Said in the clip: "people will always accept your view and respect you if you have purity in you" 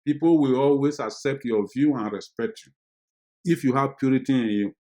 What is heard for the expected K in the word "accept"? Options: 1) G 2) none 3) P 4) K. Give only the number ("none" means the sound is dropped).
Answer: 4